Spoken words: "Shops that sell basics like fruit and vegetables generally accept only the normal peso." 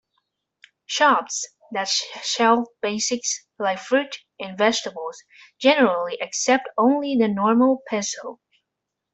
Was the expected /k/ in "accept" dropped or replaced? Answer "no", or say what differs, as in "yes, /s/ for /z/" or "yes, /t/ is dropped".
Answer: no